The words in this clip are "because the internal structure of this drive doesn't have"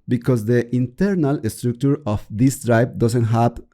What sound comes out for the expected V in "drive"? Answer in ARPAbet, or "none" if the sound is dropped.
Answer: B